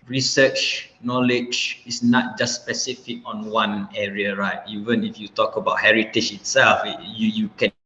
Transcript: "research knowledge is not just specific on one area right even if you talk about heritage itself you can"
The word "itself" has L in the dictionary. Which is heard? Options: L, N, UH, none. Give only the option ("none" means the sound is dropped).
L